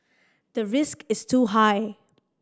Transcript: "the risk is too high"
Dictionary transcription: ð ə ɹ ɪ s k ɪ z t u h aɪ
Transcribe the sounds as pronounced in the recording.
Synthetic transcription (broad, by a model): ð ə ɹ ɪ s k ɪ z t u h aɪ